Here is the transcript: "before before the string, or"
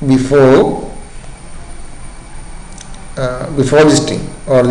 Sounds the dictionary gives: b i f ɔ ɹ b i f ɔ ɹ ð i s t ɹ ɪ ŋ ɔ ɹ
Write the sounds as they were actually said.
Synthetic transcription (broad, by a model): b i f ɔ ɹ b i f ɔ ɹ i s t ɪ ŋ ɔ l